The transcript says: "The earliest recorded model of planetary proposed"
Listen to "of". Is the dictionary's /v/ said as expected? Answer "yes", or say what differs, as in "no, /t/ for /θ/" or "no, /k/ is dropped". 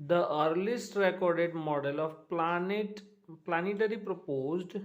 no, /p/ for /v/